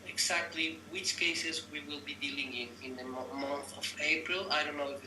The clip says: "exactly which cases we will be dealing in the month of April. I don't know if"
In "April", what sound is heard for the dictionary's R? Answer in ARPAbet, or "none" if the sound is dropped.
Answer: R